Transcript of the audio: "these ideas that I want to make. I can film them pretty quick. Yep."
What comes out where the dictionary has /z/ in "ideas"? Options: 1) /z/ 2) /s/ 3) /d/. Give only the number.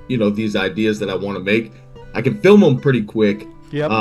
1